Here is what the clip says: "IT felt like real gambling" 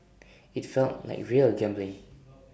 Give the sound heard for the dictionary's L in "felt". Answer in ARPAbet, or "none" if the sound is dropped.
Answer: L